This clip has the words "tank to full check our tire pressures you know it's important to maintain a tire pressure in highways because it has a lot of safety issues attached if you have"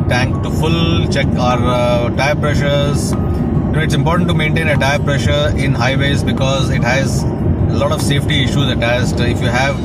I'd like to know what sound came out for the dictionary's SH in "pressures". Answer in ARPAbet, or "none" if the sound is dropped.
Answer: SH